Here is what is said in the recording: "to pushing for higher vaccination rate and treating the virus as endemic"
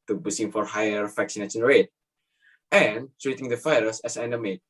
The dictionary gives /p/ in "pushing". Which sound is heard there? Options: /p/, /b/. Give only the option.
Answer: /b/